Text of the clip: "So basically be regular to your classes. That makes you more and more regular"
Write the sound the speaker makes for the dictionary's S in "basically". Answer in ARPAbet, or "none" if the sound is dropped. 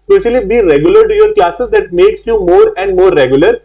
SH